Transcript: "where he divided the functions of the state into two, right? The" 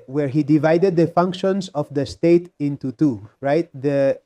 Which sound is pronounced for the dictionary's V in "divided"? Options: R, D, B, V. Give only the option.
V